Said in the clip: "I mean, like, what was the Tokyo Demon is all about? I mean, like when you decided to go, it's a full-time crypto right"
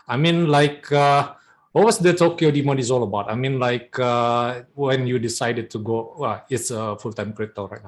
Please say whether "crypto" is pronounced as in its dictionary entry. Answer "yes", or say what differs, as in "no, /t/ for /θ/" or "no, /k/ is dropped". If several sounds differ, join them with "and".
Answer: no, /p/ is dropped